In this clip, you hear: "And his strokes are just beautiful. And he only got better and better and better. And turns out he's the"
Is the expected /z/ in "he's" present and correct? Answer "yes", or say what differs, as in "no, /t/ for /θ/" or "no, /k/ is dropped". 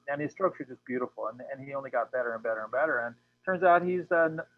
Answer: yes